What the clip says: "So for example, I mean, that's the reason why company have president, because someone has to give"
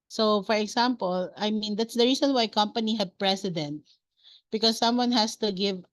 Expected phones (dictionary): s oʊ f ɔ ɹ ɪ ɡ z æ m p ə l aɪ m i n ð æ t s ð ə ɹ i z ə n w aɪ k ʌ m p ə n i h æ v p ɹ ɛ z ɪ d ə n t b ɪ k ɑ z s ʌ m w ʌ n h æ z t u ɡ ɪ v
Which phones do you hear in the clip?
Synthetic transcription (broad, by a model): s oʊ f ɔ ɹ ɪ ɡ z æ m p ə l aɪ m i n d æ t s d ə ɹ i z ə n w aɪ k ʌ m p ə n i h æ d p ɹ ɛ s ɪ d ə n t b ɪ k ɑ s ʌ m w ʌ n h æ s t u ɡ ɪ v